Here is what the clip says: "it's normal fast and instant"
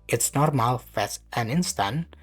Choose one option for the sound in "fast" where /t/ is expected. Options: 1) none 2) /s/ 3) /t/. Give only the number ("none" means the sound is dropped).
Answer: 1